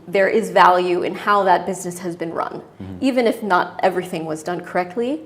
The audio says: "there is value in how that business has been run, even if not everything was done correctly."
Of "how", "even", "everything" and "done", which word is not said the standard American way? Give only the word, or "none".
none